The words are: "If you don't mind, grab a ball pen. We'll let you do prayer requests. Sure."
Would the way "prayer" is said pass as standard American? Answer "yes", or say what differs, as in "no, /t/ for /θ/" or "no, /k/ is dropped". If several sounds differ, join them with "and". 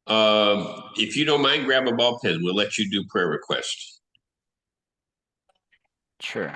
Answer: yes